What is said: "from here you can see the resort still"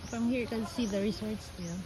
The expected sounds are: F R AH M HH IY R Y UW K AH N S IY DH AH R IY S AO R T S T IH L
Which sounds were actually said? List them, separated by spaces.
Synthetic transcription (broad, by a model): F R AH M HH IY R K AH L S IY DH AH R IY S AO R T S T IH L